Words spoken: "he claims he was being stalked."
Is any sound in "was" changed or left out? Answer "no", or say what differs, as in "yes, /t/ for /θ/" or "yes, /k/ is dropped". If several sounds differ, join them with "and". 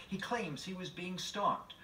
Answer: no